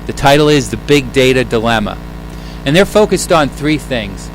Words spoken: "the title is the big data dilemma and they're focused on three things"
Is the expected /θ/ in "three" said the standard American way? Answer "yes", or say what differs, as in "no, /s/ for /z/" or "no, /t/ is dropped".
yes